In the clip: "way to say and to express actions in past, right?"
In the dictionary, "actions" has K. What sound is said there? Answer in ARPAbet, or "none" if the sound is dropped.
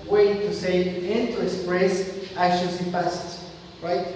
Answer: none